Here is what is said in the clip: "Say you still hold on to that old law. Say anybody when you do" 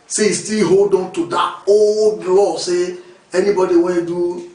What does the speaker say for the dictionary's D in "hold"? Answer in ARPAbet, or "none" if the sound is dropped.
D